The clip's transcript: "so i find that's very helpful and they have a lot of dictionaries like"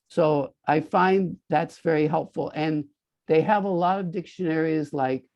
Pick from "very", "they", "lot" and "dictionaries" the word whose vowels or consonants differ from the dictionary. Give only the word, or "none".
none